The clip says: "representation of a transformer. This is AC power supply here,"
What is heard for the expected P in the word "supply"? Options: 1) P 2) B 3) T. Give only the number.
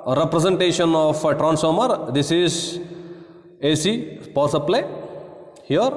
2